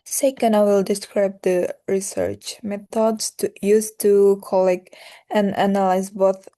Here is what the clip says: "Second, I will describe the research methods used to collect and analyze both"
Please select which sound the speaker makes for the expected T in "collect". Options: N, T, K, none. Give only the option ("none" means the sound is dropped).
none